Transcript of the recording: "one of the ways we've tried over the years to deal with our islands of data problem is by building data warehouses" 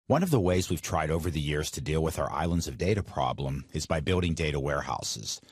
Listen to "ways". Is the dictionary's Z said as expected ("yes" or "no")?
yes